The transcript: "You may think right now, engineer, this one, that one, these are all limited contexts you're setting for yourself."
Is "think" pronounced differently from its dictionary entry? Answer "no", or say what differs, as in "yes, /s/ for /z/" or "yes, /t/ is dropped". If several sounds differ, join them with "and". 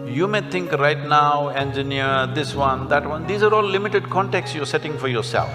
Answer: yes, /t/ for /θ/